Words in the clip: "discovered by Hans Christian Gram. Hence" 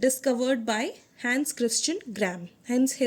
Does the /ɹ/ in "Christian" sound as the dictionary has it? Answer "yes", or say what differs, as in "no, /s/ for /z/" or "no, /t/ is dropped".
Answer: yes